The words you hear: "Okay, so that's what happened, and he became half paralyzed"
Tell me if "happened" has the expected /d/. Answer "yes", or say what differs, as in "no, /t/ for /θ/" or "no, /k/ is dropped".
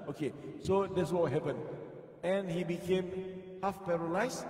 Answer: no, /d/ is dropped